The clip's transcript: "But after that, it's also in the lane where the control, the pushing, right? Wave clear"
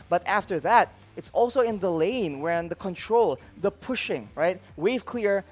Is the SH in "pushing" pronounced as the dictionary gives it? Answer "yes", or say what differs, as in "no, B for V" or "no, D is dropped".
yes